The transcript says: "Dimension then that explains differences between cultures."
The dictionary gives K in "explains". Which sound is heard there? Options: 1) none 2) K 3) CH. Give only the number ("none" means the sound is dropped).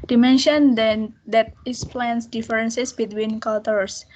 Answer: 1